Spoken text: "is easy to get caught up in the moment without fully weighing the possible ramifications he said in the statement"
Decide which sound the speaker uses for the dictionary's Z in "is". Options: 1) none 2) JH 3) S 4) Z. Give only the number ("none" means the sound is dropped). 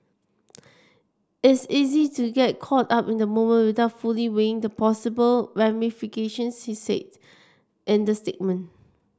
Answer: 3